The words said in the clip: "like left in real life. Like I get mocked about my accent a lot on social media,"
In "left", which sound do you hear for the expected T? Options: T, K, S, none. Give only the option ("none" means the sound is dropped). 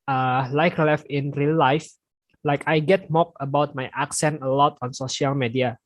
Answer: none